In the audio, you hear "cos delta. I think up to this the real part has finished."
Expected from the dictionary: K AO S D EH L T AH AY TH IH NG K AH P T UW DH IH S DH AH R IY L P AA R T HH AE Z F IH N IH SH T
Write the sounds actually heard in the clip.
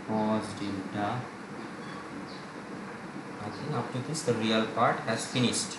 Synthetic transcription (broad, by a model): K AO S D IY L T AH AY T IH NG AH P T UW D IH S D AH R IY L P AA R T HH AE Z F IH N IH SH T